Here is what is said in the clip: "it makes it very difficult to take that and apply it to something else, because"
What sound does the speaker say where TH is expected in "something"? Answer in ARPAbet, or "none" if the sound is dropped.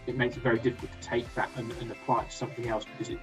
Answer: TH